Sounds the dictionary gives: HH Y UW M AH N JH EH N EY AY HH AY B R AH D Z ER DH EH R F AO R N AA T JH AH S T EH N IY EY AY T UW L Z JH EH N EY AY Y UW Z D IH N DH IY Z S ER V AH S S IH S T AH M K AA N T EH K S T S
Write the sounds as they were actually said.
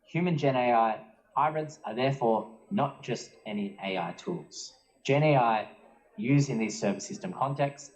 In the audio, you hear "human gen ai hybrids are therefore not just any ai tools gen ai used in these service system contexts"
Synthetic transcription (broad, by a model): HH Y UW M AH N JH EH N EY AY HH AY B R AH D Z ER DH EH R F AO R N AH T JH AH S T EH N IY EY AY T UW L Z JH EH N EY AY Y UW Z IH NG DH IY Z S ER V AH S S IH S T AH M K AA N T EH K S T S